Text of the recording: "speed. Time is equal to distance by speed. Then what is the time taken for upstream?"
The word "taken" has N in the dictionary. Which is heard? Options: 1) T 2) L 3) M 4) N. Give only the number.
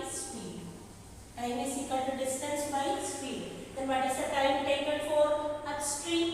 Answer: 2